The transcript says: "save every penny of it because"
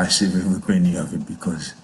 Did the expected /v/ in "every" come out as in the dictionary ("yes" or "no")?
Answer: no